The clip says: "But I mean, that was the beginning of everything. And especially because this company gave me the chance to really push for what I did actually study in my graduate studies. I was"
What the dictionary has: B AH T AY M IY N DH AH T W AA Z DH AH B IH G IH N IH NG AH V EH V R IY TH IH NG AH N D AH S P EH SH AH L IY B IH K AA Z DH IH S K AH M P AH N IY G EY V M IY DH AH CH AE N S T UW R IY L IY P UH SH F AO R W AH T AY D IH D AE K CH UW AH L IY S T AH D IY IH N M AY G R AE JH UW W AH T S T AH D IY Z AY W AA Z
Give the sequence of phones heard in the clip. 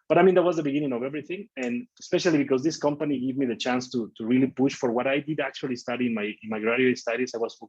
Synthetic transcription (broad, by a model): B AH T AY M IY N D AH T W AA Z DH AH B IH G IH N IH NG AH V EH V R IY TH IH NG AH N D AH S P EH SH AH L IY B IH K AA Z DH IH S K AH M P AH N IY G EY V M IY DH AH CH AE N S T UW R IY L IY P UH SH F AO R W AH T AY D IH D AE K CH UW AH L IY S T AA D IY IH N M AY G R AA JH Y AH S T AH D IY S AY W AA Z